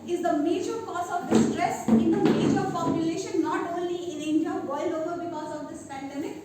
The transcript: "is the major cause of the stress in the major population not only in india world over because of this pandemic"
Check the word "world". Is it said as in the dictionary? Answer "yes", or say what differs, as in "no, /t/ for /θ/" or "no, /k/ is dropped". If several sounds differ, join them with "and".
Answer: no, /d/ is dropped